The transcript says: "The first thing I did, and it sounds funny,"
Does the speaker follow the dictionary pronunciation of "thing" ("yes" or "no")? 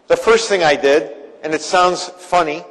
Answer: yes